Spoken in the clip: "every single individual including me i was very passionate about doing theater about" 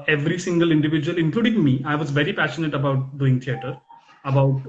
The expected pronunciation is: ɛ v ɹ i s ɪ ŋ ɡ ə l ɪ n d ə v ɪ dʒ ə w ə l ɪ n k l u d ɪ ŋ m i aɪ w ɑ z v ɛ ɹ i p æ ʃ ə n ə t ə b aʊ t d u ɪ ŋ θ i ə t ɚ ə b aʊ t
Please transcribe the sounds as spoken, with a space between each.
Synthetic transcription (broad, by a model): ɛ v ɹ i s ɪ ŋ ɡ ə l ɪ n d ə v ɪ dʒ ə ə l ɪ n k l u d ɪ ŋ m i aɪ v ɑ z v ɛ ɹ i p æ ʃ ə n ə t ə b aʊ t d u ɪ ŋ t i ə t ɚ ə b aʊ t